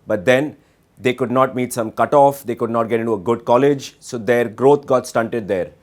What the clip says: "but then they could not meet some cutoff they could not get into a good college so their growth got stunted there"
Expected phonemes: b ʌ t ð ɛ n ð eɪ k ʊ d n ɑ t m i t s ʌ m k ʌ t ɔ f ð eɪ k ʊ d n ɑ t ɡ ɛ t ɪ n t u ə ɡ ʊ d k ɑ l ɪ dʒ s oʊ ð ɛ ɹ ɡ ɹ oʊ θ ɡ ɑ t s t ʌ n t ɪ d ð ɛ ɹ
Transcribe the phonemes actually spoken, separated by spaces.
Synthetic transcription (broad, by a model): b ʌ t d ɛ n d eɪ k ʊ d n ɑ t m i t s ʌ m k ʌ t ɔ f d eɪ k ʊ d n ɑ t ɡ ɛ t ɪ n t u ə ɡ ʊ d k ɑ l ɪ dʒ s oʊ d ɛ ɹ ɡ ɹ oʊ t ɡ ɑ t s t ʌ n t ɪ d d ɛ ɹ